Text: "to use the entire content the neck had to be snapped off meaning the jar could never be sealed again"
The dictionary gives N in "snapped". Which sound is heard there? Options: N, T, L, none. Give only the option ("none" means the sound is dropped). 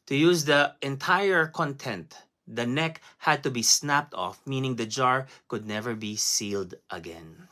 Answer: N